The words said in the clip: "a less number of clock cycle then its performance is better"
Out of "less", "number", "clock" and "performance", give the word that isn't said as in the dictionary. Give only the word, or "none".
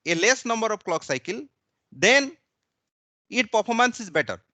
performance